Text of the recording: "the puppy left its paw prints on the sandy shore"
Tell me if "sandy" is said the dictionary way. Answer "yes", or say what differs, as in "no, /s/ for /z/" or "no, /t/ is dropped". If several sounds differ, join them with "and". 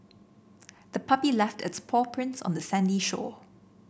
yes